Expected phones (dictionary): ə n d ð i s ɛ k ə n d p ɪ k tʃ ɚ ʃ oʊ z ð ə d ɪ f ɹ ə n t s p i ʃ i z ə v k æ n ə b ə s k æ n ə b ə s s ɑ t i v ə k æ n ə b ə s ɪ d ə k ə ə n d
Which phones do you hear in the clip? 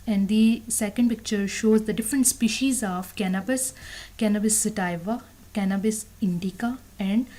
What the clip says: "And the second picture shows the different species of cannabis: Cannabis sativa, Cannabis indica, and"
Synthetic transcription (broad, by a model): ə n d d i s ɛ k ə n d p ɪ k tʃ ɚ ʃ oʊ z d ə d ɪ f ɹ ə n t s p i ʃ i z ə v k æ n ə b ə s k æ n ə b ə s s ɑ t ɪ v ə k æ n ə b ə s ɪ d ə k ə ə n d